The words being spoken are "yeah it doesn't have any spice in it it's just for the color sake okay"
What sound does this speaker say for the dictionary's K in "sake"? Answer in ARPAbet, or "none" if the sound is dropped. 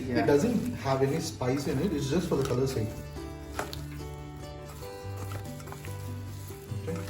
none